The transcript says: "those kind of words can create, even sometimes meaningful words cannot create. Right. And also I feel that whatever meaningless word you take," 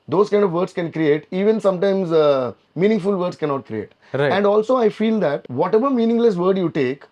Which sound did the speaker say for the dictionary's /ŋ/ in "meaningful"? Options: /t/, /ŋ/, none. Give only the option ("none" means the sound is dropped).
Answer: /ŋ/